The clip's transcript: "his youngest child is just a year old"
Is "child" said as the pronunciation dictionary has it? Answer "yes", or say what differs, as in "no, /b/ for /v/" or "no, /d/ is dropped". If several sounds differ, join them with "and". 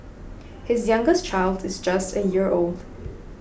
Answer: yes